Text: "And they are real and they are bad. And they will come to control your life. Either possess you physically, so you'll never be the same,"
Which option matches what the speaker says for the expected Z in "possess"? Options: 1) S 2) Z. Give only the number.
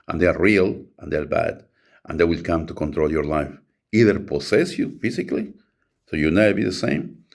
1